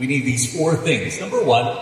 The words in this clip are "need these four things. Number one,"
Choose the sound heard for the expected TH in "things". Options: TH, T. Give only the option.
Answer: TH